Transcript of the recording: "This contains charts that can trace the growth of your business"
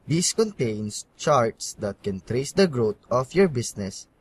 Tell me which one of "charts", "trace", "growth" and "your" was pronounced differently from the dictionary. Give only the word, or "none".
growth